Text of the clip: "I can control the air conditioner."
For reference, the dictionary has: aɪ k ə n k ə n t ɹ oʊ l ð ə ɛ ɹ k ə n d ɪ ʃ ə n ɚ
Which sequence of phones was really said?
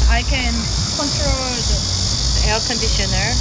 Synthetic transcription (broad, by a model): aɪ k ə n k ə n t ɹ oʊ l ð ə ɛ l k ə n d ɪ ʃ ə n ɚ